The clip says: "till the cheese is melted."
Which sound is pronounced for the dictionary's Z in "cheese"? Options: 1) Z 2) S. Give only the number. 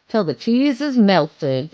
1